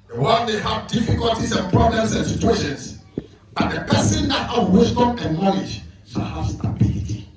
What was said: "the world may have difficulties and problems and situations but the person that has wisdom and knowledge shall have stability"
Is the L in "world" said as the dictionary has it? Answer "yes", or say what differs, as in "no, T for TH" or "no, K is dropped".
no, N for L